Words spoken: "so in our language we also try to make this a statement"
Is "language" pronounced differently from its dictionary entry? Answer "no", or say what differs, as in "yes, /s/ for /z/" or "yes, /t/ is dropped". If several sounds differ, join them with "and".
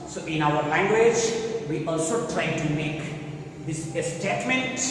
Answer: no